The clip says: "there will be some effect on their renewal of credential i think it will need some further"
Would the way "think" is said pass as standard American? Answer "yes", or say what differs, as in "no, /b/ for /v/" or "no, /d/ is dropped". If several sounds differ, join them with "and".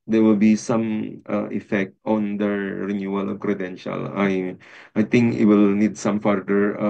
no, /t/ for /θ/